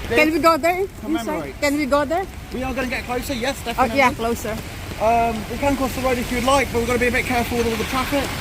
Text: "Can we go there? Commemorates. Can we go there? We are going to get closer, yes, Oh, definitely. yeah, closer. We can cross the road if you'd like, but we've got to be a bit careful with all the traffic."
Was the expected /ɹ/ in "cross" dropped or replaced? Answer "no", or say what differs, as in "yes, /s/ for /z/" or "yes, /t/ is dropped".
yes, /ɹ/ is dropped